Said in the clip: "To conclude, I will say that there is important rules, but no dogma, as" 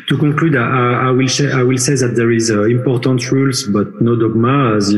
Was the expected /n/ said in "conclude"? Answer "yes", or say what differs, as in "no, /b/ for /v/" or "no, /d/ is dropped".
no, /n/ is dropped